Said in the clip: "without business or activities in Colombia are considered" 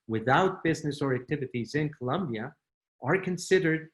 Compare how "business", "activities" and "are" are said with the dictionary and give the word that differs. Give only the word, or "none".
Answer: none